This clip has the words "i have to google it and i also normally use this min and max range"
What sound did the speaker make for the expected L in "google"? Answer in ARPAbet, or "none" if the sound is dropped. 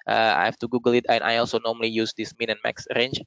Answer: L